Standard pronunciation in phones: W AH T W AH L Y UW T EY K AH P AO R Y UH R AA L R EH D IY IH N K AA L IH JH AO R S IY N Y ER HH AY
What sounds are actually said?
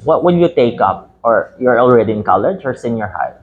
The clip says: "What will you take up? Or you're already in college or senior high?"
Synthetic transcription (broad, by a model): W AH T W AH N Y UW T EY K AH P AO R Y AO R AA L R EH D IY IH N K AA L IH JH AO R S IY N Y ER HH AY